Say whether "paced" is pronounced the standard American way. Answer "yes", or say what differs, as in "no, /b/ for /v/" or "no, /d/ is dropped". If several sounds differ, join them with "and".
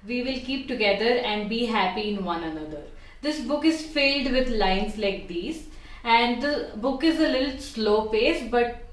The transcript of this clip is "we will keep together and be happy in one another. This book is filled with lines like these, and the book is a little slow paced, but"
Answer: no, /f/ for /p/